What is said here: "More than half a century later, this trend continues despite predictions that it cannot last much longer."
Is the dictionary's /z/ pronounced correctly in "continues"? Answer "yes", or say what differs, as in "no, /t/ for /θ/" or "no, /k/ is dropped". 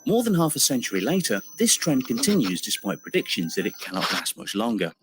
yes